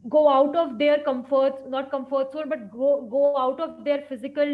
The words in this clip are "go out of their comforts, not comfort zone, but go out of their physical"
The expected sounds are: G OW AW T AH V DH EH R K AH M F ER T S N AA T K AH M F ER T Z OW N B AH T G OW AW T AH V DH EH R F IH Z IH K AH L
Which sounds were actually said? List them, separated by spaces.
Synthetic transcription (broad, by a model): G OW AW T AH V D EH R K AH M F ER T S N AA T K AH M F ER T S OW L B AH T G OW AW T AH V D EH R F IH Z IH K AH L